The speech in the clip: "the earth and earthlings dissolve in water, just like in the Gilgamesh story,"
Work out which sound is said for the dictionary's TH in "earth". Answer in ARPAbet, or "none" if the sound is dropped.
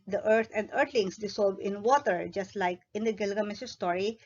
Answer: T